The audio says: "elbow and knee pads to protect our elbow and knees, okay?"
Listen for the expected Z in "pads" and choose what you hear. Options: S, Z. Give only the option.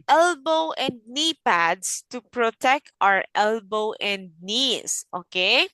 S